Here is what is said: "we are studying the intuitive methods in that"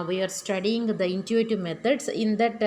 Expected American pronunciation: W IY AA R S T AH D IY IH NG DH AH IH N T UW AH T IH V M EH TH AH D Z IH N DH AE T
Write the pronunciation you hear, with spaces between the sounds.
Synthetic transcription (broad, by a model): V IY AA R S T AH D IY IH NG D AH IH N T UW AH T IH V M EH T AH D S IH N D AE T